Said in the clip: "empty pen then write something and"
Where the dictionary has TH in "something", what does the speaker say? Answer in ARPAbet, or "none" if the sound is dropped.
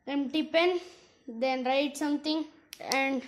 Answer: T